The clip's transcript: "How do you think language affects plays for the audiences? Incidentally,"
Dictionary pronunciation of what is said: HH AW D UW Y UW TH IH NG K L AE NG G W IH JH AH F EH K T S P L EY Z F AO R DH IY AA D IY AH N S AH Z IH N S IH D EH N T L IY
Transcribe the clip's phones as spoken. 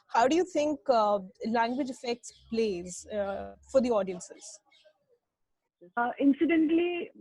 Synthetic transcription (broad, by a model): HH AW D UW Y UW T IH NG K L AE NG G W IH JH AH F EH K T S P L EY Z F AO R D IY AA D IY AH N S AH Z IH N S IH D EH N T L IY